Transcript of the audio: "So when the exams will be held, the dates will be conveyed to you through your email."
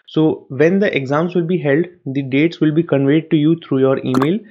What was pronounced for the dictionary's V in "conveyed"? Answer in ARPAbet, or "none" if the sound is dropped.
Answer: V